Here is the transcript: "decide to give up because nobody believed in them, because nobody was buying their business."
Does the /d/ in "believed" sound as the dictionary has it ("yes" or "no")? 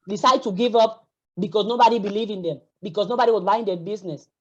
no